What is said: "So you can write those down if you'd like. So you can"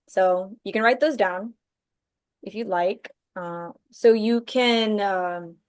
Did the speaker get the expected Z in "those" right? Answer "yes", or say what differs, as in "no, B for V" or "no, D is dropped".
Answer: yes